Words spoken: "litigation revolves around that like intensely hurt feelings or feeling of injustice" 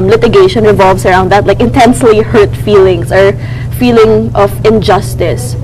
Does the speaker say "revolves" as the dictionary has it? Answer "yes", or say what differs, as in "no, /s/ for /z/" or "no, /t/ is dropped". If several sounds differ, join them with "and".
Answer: no, /s/ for /z/